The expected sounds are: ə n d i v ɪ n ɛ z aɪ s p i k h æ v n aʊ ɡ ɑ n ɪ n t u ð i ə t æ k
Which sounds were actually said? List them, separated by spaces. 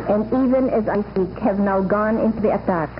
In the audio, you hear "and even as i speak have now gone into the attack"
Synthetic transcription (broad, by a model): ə n d i v ɪ n ɛ z aɪ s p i k h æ v n aʊ ɡ ɑ n ɪ n t u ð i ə t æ k